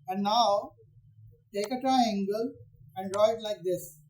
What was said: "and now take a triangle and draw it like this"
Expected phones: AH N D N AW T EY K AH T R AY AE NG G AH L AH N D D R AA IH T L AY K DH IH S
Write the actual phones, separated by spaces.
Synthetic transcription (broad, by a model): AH N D N AW T EY K AH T AY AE NG G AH L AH N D D R AA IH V L AY K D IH S